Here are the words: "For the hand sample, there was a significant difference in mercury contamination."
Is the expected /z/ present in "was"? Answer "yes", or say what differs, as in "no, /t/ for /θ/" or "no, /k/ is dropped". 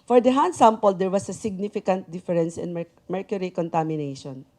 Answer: no, /s/ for /z/